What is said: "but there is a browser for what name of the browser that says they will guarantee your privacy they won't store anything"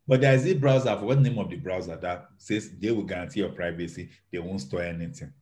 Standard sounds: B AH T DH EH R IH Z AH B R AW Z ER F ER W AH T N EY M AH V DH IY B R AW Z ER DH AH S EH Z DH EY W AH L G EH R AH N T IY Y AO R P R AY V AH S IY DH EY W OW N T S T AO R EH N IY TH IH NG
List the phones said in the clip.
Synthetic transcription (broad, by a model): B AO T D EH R IH Z AH B R AW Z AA F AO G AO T N EY M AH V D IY B R AW Z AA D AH S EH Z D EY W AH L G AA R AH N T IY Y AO P R AY V AH S IY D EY W OW N T S T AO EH N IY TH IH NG